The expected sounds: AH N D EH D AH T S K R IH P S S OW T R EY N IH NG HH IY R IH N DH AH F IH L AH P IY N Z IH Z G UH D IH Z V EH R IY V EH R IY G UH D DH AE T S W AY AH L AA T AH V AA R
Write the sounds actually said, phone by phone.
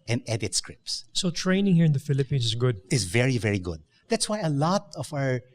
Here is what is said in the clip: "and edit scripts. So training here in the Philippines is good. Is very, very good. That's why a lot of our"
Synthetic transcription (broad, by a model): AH N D EH D AH T S K R IH P S S OW T R EY N IH NG HH IY R IH N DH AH F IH L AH P IY N S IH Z G UH D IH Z V EH R IY V EH R IY G UH D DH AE T S W AY AH L AA T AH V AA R